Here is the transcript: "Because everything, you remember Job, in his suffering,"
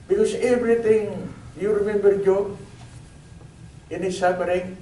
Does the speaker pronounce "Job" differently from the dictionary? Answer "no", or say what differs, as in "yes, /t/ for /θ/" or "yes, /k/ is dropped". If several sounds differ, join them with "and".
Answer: yes, /b/ is dropped